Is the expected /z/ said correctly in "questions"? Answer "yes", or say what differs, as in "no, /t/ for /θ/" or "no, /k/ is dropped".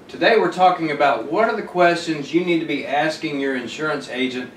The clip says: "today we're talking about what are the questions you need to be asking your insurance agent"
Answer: yes